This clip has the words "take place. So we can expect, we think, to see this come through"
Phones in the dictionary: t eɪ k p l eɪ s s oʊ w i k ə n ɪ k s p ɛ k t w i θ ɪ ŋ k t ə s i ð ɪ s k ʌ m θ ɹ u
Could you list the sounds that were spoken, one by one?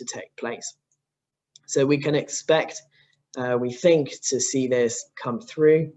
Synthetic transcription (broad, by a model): t eɪ k p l eɪ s s oʊ w i k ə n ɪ k s p ɛ k t w i θ ɪ ŋ k t ə s i ð ɪ s k ʌ m θ ɹ u